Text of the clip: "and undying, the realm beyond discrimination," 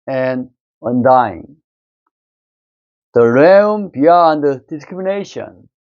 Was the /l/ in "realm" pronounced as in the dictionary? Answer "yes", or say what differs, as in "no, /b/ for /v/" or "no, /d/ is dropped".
no, /l/ is dropped